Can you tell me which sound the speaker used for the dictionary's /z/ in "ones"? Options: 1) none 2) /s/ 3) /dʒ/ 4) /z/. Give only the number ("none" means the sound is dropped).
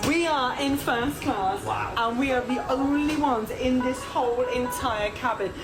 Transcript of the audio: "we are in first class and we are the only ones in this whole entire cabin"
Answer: 4